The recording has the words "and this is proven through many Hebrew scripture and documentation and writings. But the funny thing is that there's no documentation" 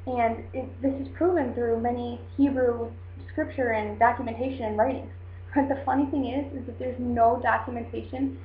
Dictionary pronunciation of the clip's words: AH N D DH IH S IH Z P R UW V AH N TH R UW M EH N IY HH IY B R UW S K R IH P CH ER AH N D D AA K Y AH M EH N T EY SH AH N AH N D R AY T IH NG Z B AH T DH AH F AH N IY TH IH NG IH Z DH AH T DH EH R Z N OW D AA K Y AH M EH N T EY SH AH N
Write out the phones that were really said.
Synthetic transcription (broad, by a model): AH N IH DH IH S IH Z P R UW V AH N TH R UW M EH N IY HH IY B R UW S K R IH P CH ER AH N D D AA K Y AH M EH N T EY SH AH N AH N R AY T IH NG Z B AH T DH AH F AH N IY TH IH NG IH Z DH AH T DH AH R Z N OW D AA K Y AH M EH N T EY SH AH N